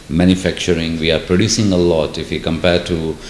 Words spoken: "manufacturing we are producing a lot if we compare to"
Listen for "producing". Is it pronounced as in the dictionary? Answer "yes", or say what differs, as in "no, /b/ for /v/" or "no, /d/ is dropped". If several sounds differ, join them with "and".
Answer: yes